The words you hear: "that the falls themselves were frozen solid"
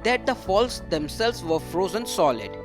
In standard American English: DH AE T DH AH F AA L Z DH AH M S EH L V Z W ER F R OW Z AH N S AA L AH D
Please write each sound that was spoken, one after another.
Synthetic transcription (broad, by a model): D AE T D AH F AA L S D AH M S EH L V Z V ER F R OW Z AH N S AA L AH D